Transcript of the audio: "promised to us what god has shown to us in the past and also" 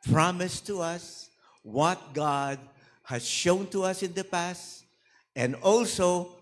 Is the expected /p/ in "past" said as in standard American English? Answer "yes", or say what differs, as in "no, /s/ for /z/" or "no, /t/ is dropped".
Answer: yes